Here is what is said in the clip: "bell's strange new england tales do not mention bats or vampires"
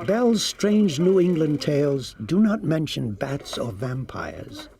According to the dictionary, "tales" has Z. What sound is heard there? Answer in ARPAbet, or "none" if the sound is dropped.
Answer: Z